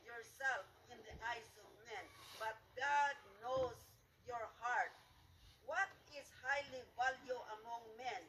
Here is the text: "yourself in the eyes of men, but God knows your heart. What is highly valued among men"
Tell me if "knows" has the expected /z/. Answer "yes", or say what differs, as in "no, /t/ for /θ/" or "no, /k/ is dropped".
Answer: no, /s/ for /z/